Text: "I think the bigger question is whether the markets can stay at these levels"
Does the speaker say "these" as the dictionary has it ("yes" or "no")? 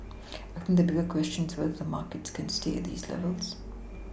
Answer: yes